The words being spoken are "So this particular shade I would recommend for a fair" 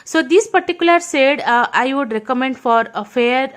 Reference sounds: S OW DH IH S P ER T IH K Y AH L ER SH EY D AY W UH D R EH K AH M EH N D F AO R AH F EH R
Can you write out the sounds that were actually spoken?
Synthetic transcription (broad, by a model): S OW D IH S P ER T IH K Y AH L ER S EY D AY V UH D R EH K AH M EH N D F AO R AH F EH R